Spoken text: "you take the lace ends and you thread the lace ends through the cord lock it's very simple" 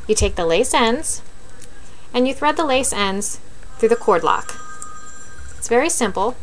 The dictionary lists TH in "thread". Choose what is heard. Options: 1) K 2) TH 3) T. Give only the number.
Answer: 2